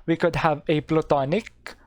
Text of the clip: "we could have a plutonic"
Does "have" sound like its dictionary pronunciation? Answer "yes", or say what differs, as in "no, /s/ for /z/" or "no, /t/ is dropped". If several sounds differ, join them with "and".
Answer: yes